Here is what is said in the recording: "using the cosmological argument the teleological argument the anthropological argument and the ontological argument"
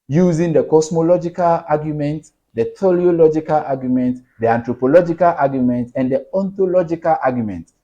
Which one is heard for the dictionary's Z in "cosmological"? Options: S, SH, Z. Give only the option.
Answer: S